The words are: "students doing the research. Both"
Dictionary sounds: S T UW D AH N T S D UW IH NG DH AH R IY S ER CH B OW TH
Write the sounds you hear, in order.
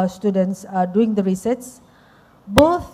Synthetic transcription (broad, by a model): S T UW D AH N T S D UW IH NG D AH R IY S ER S B OW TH